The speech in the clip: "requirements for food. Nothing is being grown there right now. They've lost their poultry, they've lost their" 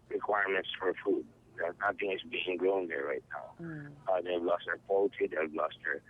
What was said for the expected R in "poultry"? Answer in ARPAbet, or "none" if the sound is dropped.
none